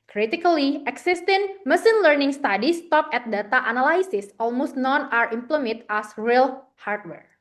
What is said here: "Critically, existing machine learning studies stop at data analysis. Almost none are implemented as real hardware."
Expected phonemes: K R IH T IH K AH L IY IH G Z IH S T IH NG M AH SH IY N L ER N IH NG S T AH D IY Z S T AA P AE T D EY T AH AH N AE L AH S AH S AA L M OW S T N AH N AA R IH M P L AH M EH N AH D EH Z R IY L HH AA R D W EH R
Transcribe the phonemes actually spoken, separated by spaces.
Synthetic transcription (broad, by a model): K R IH T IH K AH L IY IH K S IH S T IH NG M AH S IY N L ER N IH NG S T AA D IY S T AA P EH T D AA T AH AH N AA L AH S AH S AA L M OW S T N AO N AA R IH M P L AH M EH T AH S R IY L HH AA R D W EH R